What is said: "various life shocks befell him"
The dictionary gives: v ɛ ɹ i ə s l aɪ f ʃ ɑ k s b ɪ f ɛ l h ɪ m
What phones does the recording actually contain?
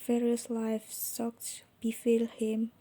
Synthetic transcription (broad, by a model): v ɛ ɹ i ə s l aɪ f s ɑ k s b ɪ f ɛ l h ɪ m